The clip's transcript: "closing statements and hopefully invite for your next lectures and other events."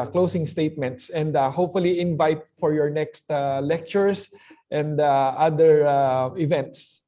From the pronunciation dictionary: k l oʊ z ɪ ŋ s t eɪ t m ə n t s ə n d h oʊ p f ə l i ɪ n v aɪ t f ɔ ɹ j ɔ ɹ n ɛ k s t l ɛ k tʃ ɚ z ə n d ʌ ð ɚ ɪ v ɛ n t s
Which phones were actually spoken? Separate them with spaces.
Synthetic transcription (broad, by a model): k l oʊ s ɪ ŋ s t eɪ t m ə n t s ə n d h oʊ p f ə l i ɪ n v aɪ t f ɔ ɹ j ɔ ɹ n ɛ k s t l ɛ k tʃ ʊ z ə n d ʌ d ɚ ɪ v ɛ n t s